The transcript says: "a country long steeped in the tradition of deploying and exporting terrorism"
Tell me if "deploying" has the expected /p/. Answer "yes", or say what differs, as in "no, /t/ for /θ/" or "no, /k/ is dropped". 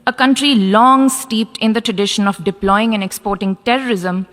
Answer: yes